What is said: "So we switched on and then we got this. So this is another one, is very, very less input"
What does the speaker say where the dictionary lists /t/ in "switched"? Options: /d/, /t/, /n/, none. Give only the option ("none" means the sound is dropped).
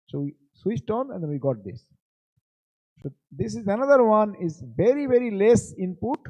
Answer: /t/